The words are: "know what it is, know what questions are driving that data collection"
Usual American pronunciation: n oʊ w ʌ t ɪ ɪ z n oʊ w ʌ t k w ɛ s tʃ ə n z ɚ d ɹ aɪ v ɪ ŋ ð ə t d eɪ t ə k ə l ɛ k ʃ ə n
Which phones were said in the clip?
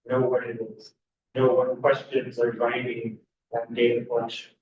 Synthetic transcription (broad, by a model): n oʊ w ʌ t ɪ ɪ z n oʊ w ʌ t k w ɛ s tʃ ə n z ɚ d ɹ aɪ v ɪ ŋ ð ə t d eɪ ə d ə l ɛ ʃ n